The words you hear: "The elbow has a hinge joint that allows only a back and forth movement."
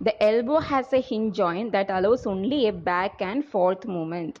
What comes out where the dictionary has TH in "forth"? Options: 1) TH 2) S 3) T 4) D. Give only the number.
3